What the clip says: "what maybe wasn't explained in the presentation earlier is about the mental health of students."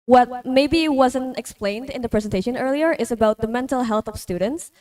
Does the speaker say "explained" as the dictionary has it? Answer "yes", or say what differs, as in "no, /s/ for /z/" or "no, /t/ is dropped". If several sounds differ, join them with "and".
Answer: yes